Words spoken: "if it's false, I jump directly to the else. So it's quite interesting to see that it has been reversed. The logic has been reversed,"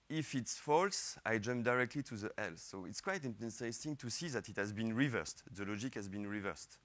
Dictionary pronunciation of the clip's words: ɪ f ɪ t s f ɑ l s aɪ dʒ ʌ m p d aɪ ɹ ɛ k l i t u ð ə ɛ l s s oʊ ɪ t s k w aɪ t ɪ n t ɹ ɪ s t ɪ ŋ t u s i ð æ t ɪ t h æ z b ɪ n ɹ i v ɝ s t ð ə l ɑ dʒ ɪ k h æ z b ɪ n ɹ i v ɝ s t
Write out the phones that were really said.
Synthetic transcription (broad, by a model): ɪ f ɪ t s f ɑ l s aɪ dʒ ʌ m p d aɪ ɹ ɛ k l i t u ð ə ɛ l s s oʊ ɪ t s k w aɪ t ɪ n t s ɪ s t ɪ ŋ t u s i ð æ t ɪ t h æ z b ɪ n ɹ i v ɝ s t ð ə l ɑ dʒ ɪ k h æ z b ɪ n ɹ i v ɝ s t